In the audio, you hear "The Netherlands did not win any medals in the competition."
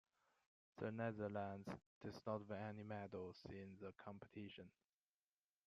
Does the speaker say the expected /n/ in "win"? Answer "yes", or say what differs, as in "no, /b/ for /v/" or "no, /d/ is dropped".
no, /n/ is dropped